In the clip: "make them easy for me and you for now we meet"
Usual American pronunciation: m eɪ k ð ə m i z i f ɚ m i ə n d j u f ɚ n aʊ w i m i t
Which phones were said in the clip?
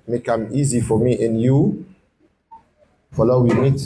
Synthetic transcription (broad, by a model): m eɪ k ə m i z i f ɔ m i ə n j u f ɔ l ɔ w i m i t